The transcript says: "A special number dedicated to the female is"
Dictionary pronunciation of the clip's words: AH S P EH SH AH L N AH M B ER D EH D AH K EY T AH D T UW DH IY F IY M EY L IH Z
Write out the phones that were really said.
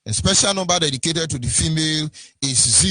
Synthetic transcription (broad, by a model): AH S P EH SH AH L N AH M B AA D EH D AH K EY T AH D T UW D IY F IY M EY L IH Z